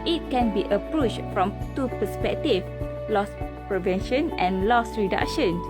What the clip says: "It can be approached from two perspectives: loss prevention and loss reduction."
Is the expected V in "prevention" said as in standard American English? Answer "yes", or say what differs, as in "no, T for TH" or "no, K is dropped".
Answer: yes